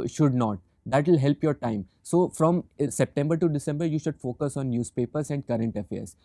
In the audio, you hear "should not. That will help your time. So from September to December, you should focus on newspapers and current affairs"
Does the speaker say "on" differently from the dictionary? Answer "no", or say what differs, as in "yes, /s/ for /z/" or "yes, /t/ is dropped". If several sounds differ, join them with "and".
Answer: no